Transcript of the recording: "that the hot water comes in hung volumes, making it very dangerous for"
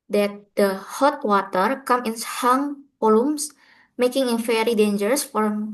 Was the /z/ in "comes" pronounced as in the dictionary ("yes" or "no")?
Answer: no